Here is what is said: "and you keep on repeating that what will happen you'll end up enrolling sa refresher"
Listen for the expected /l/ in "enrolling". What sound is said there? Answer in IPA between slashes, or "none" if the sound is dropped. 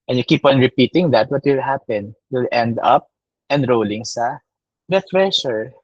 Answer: /l/